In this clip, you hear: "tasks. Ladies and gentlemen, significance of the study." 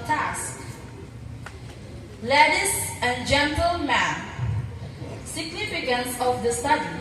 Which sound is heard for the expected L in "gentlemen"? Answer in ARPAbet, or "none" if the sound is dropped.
L